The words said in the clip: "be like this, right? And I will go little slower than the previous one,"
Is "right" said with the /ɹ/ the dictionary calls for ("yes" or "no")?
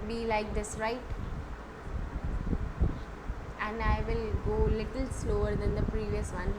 yes